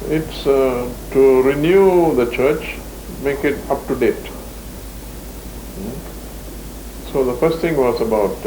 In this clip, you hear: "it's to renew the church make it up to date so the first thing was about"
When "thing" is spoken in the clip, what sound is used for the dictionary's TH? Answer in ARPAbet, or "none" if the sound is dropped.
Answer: T